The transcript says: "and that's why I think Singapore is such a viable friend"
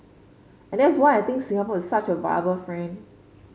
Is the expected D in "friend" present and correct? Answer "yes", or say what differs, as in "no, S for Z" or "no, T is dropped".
no, D is dropped